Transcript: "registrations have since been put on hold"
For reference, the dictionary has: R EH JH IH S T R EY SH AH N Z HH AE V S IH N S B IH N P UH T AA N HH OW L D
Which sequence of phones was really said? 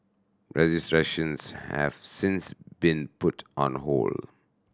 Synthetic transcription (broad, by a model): R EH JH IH S T R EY SH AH N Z HH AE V S IH N S B IH N P UH T AA N HH OW L